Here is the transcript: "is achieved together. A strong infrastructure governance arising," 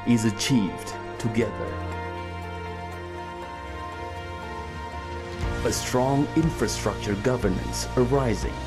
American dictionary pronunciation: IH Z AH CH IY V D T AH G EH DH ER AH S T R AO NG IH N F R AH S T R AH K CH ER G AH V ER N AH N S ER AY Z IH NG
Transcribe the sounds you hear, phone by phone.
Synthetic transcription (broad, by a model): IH Z AH CH IY V D T AH G EH DH ER AH S T R AO NG IH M F R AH S T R AH K CH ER G AH V ER N AH N S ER AY Z IH NG